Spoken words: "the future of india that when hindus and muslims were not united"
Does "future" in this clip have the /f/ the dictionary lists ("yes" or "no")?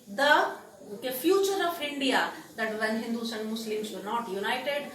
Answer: yes